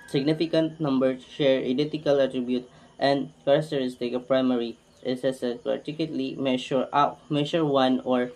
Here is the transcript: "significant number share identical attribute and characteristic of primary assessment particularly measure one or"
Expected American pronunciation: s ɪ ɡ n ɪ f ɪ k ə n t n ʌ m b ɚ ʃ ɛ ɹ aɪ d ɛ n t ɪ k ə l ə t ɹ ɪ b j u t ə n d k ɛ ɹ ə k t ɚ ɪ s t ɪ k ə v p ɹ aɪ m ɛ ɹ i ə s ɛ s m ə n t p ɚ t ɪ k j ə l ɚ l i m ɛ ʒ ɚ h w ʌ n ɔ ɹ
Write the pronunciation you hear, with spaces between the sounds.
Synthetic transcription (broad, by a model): s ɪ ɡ n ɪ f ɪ k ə n t n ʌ m b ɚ ʃ ɛ ɹ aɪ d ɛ n t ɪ k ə l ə t ɹ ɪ b j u t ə n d k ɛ ɹ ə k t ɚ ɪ s t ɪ k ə p ɹ aɪ m ɛ ɹ i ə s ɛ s ə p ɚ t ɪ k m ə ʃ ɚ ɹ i m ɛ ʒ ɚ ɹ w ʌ n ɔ ɹ